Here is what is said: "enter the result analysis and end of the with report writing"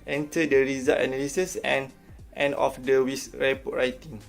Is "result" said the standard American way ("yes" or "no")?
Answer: no